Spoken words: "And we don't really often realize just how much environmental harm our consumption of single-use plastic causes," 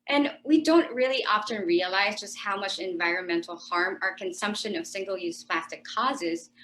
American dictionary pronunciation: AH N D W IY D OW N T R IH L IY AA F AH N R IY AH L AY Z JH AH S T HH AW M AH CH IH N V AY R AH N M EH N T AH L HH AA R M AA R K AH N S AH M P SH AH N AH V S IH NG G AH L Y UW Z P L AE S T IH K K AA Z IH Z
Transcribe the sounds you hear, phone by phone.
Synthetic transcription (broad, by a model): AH N W IY D OW N T R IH L IY AA F AH N R IY AH L AY Z JH AH S T HH AW M AH CH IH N V AY R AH N M EH N T L HH AA R M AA R K AH N S AH M P SH AH N AH V S IH NG G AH L Y UW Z P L AE S T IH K K AA Z IH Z